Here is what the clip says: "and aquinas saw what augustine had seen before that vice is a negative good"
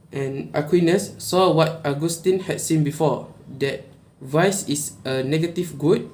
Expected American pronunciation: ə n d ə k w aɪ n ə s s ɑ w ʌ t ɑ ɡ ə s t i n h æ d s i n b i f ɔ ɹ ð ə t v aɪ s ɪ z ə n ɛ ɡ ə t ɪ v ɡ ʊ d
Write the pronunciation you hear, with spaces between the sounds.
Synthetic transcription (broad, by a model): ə n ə k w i n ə s s ɑ w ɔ t ɑ ɡ ə s t i n h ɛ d s i n b i f ɔ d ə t v aɪ s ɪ s ə n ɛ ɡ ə t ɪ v ɡ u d